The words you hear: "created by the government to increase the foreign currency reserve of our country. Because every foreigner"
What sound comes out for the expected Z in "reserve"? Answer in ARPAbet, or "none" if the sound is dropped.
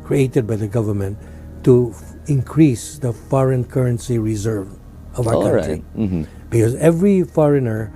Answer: Z